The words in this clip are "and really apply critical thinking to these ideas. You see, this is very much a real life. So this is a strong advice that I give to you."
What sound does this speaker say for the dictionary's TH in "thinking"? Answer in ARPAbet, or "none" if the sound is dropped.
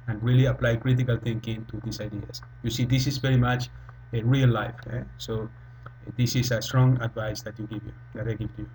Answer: T